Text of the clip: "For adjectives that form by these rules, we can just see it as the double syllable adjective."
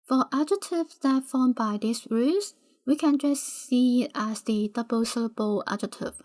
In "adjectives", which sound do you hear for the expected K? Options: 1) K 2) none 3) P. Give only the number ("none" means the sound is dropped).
2